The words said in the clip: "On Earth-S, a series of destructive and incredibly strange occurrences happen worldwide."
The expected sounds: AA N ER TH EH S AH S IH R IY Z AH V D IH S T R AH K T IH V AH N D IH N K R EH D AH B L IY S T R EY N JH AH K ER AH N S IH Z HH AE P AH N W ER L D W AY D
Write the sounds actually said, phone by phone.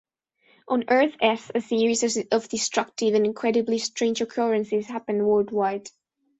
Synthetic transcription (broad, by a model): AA N ER TH EH S AH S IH R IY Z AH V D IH S T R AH K T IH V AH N IH N K R EH D AH B L IY S T R EY N JH AH K ER AH N S IH Z HH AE P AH N W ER L D W AY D